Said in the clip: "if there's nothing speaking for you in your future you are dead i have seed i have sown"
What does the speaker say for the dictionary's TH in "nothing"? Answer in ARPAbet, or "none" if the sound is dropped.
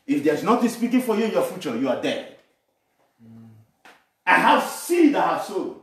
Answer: T